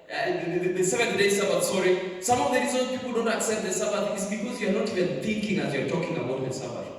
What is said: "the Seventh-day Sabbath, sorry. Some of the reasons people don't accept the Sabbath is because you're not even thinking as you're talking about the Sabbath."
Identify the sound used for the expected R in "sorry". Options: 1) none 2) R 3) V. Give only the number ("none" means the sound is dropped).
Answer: 2